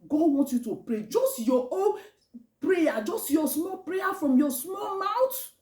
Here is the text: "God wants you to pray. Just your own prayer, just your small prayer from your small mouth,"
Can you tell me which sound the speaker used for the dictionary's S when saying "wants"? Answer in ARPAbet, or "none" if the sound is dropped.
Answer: none